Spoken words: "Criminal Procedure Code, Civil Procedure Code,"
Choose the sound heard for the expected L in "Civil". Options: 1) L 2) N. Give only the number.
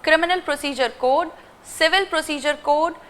1